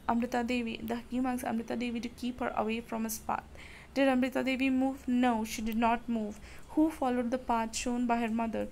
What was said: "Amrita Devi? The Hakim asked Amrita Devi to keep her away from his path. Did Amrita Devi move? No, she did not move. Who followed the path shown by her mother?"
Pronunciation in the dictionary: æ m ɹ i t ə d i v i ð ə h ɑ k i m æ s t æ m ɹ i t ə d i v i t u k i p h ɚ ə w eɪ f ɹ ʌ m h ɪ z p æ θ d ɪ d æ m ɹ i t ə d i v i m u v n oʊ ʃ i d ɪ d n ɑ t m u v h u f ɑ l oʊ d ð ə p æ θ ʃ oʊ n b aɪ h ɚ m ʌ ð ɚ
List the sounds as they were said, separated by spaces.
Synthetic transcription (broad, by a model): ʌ m ɹ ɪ t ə d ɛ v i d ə h ɑ k i m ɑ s ʌ m ɹ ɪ t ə d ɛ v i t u k i p h ɚ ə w eɪ f ɹ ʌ m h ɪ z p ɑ t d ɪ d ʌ m ɹ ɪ t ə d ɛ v i m u v n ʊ ʃ i d ɪ d n ɑ t m u v h u f ɑ l oʊ d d ə p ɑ t ʃ oʊ n b aɪ h ɚ m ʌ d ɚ